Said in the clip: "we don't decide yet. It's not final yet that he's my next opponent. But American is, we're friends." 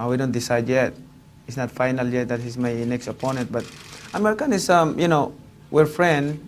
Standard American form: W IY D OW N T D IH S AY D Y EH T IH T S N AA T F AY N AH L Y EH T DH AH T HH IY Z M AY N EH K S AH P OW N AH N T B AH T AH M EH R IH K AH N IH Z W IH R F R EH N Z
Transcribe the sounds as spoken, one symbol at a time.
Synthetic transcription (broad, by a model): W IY D OW N T D IH S AY D Y EH T IH T S N AA T F AY N AH L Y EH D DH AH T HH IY S M AY N EH K S AH P OW N AH N T B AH T AH M EH R IH K AH N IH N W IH R F R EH N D